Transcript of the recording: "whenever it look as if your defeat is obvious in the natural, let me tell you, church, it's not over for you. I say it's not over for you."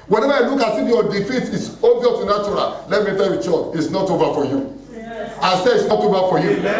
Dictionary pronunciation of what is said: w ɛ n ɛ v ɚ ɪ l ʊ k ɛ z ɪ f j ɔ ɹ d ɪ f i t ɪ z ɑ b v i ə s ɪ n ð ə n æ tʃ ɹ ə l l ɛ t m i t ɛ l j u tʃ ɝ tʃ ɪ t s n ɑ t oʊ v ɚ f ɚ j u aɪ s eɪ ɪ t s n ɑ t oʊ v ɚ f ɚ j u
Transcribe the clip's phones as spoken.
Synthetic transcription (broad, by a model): w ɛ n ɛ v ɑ ɪ l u k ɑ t ɪ f j ɔ d ɪ f i t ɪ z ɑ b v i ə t ɪ n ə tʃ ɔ ɹ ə l l ɛ t m i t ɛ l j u tʃ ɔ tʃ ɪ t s n ɑ t oʊ v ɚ f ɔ j u aɪ s eɪ ɪ t s n ɑ t oʊ v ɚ f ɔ j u